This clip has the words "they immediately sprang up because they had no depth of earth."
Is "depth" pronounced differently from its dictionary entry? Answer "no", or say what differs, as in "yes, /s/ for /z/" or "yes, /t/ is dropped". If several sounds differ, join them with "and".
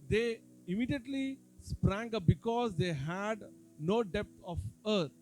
yes, /t/ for /θ/